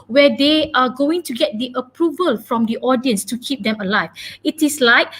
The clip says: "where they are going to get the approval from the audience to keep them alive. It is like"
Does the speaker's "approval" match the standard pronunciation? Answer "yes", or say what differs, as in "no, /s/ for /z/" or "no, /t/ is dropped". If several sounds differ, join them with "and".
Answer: yes